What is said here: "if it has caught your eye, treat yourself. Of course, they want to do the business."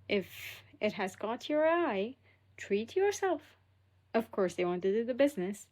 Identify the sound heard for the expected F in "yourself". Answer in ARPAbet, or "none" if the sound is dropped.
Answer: F